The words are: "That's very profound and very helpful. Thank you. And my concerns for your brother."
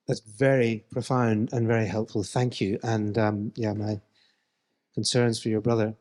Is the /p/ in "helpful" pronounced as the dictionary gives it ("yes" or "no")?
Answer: yes